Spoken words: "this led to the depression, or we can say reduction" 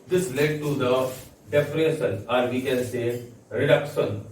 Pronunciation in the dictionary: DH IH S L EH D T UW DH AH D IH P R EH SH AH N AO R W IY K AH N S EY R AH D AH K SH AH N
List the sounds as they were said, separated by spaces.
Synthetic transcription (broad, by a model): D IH S L EH D T UW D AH D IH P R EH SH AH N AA R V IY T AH L S EY R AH D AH K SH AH N